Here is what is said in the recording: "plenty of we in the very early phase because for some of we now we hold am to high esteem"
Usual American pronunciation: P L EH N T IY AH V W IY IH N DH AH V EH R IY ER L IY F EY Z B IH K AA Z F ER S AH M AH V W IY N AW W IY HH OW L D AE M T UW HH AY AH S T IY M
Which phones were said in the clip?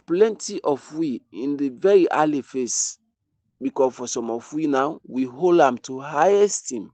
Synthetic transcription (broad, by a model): P L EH N T IY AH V W IY IH N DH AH V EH R IY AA L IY F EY S B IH K AA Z F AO S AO M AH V W IY N AW W IY HH OW L D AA M T UW HH AY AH S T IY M